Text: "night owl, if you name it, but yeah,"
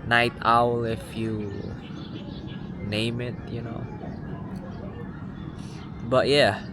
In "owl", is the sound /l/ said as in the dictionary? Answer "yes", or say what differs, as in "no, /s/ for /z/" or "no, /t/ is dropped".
yes